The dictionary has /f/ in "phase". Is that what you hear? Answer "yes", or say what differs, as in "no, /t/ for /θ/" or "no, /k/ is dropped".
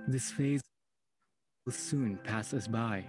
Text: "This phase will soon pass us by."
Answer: yes